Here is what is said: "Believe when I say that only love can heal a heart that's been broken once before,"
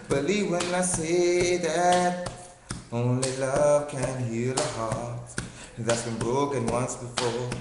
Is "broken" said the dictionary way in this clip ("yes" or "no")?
yes